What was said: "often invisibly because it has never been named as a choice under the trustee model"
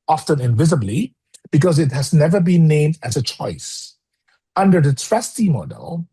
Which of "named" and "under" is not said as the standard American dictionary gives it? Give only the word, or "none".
none